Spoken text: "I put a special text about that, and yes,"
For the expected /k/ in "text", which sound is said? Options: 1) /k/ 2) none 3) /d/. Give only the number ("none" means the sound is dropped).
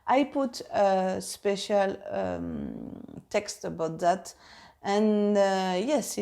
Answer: 1